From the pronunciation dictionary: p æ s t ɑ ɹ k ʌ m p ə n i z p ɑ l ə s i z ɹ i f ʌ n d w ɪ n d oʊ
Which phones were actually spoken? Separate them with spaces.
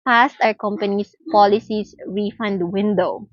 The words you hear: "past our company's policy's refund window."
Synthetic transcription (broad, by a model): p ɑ s t ɑ ɹ k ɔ m p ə n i s p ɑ l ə s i s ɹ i f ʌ n d w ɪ n d oʊ